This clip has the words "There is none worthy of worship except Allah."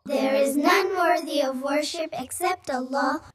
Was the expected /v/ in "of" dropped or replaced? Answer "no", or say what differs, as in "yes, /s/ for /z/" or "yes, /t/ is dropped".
no